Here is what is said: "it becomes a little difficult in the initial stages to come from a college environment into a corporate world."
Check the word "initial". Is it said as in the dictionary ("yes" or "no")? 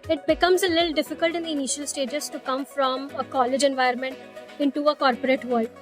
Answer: yes